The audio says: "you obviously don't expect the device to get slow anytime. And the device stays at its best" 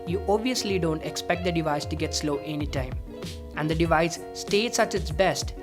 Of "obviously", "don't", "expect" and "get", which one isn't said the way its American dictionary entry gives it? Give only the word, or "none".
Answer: none